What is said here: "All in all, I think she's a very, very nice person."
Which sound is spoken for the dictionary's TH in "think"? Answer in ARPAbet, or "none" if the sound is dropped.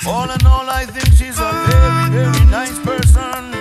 TH